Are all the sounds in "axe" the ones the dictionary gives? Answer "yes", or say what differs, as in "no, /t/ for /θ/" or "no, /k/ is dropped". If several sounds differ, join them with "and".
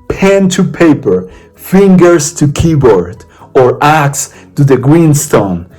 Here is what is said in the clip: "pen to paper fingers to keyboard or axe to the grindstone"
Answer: yes